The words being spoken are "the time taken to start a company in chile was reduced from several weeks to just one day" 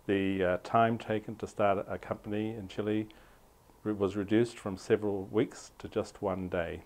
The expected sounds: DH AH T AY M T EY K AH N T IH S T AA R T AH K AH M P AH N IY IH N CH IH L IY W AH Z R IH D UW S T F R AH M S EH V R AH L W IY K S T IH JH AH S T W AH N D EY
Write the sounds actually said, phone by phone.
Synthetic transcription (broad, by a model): DH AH T AY M T EY K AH N T IH S T AA R T AH K AH M P AH N IY IH N CH IH L IY W AH Z R IH D UW S T F R AH M S EH V R AH L W IY K S T IH JH AH S T W AH N D EY